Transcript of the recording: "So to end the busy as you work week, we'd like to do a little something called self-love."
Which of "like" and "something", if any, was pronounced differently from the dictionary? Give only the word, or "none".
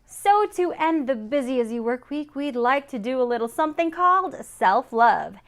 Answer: none